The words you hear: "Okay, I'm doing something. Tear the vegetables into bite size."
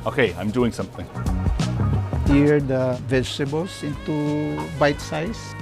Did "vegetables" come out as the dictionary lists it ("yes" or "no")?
no